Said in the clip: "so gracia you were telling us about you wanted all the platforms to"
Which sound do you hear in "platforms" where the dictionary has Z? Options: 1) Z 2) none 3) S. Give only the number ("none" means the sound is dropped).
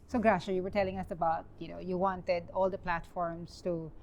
3